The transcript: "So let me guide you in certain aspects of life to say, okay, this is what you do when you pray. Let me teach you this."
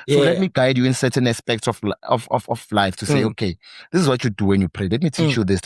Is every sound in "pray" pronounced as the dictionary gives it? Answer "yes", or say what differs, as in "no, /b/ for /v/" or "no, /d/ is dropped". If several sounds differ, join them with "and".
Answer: yes